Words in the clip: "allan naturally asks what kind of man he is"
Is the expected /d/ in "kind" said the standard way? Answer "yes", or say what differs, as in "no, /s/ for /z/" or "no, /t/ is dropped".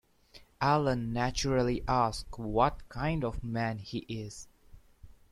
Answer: yes